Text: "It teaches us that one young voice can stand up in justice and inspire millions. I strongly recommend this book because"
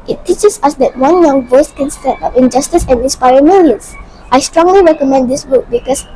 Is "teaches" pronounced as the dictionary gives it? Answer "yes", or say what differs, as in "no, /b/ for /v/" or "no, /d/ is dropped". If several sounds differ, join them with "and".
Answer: no, /s/ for /z/